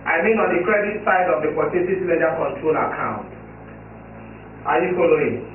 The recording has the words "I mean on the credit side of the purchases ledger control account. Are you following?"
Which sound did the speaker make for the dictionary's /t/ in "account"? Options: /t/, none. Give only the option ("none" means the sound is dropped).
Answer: /t/